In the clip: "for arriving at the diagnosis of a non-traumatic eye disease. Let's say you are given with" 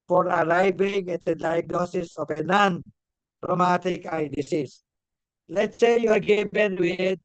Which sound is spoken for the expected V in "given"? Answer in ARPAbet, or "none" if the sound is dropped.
B